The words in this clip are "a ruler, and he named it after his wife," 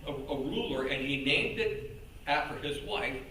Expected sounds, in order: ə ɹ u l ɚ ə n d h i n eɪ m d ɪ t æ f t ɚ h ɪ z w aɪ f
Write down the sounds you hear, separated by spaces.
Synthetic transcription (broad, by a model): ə ɹ u l ɚ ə n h i n eɪ m d ɪ t æ f t ɚ ɪ z w aɪ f